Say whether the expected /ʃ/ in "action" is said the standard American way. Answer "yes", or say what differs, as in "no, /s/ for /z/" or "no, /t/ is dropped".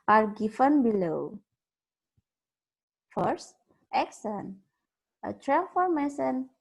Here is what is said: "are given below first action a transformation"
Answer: no, /s/ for /ʃ/